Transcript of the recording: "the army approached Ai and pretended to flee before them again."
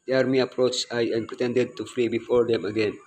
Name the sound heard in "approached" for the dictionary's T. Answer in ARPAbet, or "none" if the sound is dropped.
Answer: none